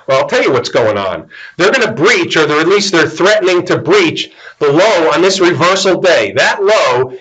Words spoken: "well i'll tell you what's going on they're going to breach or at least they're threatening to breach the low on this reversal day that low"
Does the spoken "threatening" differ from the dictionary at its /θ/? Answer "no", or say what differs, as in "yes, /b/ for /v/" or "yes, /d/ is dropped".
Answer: no